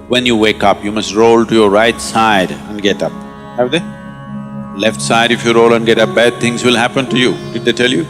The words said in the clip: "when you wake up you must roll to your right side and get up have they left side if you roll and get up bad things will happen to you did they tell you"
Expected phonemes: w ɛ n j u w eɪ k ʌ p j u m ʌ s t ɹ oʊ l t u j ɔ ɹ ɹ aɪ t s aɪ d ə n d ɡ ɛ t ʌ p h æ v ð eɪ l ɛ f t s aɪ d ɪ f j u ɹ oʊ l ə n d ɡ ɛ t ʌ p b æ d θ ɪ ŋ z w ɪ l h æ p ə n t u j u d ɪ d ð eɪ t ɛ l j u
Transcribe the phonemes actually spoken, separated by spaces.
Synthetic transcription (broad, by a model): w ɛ n j u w eɪ k ʌ p j u m ʌ s t ɹ oʊ l t u j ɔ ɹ ɹ aɪ t s aɪ d ə n d ɡ ɛ t ʌ p h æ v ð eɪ l ɛ f t s aɪ d ɪ f j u ɹ oʊ l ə n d ɡ ɛ t ʌ p b æ d t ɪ ŋ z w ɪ l h æ p ə n t u j u d ɪ d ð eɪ t ɛ l j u